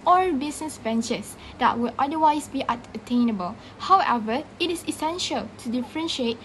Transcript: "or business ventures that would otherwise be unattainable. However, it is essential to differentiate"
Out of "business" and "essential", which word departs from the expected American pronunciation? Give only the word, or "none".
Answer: business